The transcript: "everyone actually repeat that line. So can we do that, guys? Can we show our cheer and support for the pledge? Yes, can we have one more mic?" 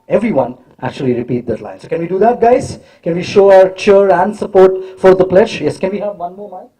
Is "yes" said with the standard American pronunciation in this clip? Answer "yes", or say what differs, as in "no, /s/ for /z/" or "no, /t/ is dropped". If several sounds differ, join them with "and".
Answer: yes